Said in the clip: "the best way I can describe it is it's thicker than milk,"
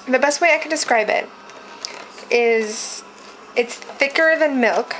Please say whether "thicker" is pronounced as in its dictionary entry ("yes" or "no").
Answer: yes